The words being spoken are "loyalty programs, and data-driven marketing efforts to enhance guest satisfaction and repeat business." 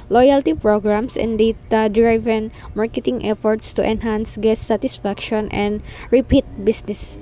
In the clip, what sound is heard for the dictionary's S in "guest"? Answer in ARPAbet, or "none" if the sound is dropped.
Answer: none